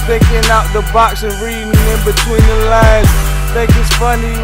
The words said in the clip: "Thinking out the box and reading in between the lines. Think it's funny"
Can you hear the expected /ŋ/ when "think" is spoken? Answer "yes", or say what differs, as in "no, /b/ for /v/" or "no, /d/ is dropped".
no, /ŋ/ is dropped